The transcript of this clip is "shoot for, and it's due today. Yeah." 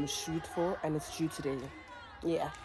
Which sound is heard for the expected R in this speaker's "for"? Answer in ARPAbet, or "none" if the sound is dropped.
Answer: L